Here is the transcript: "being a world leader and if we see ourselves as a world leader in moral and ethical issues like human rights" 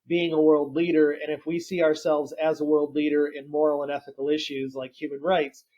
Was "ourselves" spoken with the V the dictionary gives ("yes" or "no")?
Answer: yes